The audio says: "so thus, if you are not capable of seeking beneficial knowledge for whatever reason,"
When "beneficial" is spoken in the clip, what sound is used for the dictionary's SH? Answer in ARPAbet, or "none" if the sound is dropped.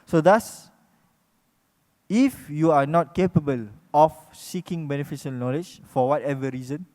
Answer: S